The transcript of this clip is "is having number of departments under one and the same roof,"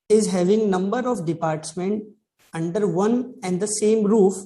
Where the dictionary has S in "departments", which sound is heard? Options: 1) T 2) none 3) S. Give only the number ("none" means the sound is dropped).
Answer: 2